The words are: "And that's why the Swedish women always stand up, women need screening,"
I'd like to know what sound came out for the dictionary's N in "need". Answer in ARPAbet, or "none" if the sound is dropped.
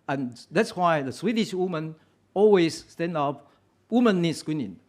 N